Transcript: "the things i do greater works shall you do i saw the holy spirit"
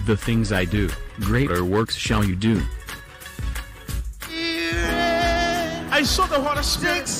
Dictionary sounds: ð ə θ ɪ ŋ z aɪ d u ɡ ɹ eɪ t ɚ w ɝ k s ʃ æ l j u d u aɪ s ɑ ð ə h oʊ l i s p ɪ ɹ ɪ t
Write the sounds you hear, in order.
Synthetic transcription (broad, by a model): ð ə θ ɪ ŋ z aɪ d u ɡ ɹ eɪ t ɚ w ɝ k s ʃ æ l j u d u aɪ s ɑ ð ə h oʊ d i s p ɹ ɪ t